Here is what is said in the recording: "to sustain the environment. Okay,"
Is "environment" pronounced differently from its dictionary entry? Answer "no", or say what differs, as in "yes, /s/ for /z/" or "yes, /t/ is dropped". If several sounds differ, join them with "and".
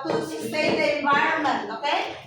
yes, /ɹ/ is dropped and /n/ is dropped